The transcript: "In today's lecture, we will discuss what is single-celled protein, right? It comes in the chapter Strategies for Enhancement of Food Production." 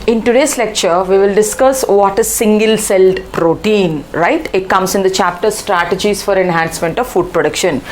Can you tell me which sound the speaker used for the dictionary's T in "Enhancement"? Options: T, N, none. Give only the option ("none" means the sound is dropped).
T